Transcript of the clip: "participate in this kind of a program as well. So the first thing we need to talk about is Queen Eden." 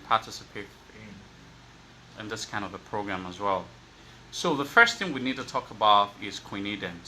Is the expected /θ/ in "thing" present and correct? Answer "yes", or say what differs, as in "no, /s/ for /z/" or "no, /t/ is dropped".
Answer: yes